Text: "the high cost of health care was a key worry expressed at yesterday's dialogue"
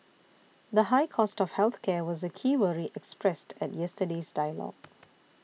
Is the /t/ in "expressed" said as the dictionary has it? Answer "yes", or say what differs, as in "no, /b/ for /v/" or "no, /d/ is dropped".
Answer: yes